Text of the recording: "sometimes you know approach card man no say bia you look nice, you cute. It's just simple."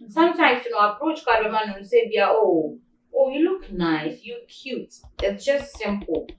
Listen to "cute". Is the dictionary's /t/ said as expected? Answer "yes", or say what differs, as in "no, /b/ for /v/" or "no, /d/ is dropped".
yes